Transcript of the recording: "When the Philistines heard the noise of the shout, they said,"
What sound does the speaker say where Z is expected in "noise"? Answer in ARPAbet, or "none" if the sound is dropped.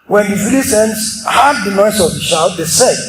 S